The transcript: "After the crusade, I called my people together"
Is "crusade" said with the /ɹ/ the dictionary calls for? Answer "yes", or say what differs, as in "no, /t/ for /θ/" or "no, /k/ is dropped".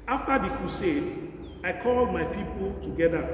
no, /ɹ/ is dropped